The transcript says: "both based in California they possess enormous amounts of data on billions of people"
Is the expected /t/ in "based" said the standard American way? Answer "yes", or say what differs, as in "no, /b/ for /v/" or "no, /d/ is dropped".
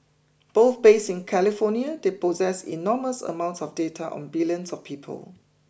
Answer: no, /t/ is dropped